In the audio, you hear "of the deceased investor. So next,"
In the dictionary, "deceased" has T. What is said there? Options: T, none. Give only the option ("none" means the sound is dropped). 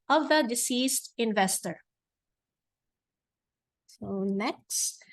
T